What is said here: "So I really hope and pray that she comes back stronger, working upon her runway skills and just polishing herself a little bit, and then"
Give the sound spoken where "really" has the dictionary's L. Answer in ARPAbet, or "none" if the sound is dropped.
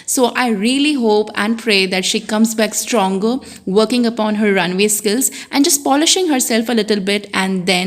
L